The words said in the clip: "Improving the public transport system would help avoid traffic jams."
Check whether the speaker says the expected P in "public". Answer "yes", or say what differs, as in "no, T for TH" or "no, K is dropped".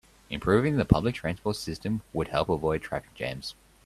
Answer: yes